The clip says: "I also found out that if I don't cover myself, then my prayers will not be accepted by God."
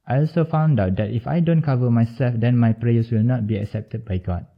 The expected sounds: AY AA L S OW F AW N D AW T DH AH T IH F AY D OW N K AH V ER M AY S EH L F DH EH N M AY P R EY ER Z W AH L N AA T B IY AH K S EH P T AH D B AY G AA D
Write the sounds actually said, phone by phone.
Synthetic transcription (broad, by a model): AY AA L S OW F AW N D AW T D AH T IH F AY D OW N K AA V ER M AY S EH L F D EH N M AY P R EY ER S W AH L N AA T B IY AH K S EH P T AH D B AY G AA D